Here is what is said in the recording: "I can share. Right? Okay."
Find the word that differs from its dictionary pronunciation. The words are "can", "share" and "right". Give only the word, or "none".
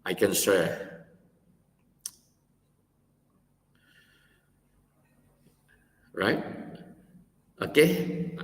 share